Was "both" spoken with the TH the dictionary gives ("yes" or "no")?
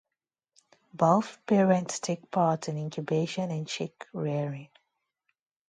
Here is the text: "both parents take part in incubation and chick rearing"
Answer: no